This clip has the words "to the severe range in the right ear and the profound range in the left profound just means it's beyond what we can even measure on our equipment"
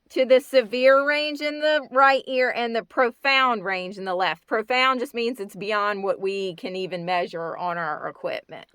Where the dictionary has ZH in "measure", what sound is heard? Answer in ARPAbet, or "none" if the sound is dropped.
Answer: ZH